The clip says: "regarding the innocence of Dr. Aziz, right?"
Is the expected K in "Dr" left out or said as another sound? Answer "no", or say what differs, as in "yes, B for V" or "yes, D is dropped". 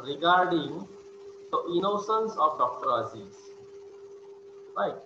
no